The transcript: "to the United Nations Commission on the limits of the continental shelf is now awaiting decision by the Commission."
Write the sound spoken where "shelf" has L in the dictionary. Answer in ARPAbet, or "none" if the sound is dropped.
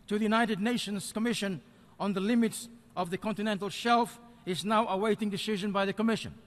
L